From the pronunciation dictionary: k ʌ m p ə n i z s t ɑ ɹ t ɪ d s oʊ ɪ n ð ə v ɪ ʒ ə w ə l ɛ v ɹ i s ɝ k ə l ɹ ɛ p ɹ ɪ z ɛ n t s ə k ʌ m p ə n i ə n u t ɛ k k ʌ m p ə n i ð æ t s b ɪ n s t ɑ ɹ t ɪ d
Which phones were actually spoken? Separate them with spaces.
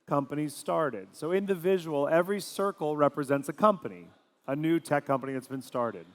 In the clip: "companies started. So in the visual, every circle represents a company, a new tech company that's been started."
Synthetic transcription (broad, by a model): k ʌ m p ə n i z s t ɑ ɹ t ɪ d s oʊ ɪ n ð ə v ɪ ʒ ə w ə l ɛ v ɹ i s ɝ k l ɹ ɛ p ɹ ɪ z ɛ n t s ə k ʌ m p ə n i ə n u t ɛ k k ʌ m p ə n i ð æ t s b ɪ n s t ɑ ɹ t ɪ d